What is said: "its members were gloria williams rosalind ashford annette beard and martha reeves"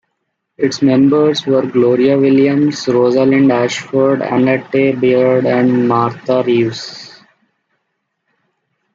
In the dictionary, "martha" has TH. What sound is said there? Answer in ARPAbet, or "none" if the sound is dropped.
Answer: T